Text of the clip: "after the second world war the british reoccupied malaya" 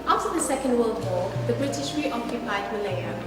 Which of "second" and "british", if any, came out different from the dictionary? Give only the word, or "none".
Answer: none